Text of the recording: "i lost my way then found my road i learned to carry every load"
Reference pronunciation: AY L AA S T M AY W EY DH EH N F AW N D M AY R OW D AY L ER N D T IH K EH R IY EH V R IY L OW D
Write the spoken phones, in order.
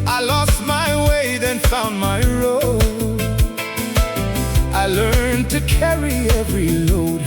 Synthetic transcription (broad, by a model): AY L AA S T M AY W EY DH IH N F AW N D M AY R OW AY L ER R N T IH K EH R IY EH V R IY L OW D